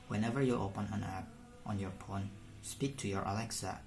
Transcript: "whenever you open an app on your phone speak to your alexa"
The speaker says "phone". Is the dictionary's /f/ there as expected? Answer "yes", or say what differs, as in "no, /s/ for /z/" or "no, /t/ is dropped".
no, /p/ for /f/